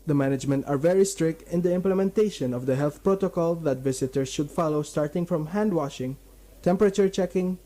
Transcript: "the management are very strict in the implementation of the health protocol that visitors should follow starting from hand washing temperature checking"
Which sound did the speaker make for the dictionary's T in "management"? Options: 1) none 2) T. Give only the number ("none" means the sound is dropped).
2